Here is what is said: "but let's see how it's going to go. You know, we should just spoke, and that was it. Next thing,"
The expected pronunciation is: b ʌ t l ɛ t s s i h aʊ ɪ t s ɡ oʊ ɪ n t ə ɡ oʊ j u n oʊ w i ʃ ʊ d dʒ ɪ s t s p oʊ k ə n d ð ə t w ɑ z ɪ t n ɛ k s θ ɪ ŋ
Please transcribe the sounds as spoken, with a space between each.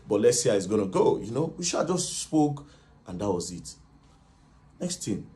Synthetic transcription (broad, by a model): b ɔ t l ɛ t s s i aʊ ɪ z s ɡ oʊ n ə ɡ oʊ j u n oʊ w i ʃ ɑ dʒ ɪ s t s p oʊ k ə n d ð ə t w ɑ z ɪ t n ɛ k s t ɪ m